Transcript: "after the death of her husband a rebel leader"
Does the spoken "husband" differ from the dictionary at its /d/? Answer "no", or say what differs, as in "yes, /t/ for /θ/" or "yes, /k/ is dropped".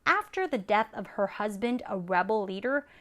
no